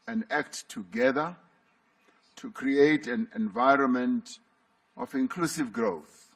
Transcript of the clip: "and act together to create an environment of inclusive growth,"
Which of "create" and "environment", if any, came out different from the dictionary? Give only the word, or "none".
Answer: none